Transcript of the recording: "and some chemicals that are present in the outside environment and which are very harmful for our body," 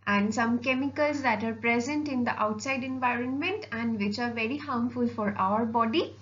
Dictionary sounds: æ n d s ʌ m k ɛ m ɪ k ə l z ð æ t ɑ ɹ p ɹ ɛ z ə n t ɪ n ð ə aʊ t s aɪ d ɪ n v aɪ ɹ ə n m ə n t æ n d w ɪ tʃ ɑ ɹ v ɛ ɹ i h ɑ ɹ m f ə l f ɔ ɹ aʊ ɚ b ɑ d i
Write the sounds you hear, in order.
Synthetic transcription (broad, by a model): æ n d s ʌ m k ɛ m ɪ k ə l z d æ t ɑ ɹ p ɹ ɛ z ə n t ɪ n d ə aʊ t s aɪ d ɪ n v aɪ ɹ ə n m ə n t æ n d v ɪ tʃ ɑ ɹ v ɛ ɹ i h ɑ m f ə l f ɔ ɹ aʊ ɚ b ɑ d i